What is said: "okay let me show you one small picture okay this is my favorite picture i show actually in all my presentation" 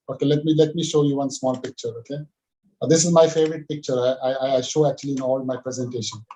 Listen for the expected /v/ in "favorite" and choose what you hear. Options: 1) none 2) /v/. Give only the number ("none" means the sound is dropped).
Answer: 2